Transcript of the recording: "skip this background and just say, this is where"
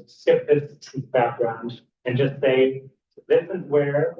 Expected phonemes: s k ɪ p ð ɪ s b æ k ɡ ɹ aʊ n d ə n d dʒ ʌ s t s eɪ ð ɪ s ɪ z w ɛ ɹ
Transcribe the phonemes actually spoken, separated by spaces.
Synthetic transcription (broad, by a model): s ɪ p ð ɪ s b æ k ɡ ɹ aʊ n d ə n dʒ ʌ s t s eɪ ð ɪ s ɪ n w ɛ ɹ